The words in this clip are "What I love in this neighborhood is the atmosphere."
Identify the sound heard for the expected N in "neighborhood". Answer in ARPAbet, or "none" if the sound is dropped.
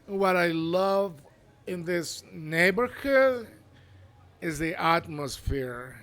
N